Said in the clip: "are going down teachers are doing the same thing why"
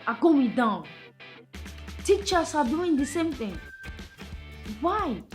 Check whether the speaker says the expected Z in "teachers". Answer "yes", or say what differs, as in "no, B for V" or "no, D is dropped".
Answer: no, S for Z